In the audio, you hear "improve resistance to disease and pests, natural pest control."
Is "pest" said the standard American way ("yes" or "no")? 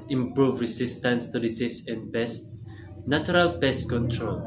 no